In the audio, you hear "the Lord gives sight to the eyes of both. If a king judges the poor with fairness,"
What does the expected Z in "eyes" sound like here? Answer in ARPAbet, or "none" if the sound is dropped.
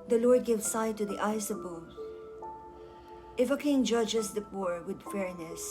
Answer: S